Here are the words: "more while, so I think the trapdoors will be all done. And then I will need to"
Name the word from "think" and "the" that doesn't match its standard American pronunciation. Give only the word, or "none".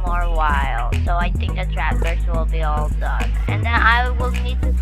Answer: none